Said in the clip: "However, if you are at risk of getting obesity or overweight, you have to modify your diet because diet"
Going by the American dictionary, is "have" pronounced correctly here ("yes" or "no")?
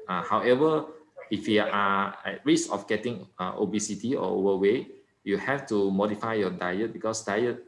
no